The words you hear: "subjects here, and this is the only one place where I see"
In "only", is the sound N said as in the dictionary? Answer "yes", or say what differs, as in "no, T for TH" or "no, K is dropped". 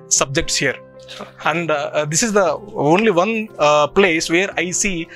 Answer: yes